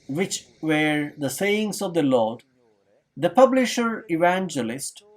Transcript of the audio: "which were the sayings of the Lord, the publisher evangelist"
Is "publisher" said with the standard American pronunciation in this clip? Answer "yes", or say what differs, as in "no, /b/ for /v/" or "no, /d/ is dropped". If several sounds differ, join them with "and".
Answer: yes